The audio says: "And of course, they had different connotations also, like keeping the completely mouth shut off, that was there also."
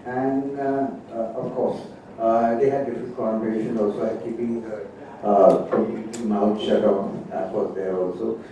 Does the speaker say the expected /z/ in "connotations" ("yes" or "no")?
no